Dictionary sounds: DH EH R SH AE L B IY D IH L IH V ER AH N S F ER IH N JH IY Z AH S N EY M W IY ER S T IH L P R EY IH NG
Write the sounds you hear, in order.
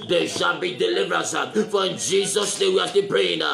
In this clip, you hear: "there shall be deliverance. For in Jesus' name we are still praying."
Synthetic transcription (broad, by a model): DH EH SH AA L B IY D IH L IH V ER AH S F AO IH N JH IY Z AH S N EY M W IY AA S T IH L P R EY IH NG